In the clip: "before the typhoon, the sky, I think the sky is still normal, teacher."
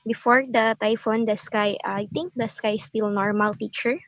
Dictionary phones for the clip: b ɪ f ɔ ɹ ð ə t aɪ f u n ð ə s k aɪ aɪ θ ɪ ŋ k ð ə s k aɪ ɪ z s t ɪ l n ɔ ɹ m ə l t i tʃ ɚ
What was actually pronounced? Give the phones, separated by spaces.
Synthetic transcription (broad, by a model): b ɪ f ɔ ɹ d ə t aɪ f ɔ n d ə s k aɪ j t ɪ ŋ k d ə s k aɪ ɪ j s t ɪ l n ɔ ɹ m ə l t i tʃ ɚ